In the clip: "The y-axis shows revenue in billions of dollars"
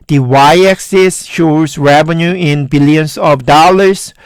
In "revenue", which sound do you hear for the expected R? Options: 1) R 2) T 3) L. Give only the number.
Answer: 1